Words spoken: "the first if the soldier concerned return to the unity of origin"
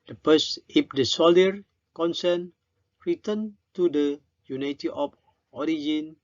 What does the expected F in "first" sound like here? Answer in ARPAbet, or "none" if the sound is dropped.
P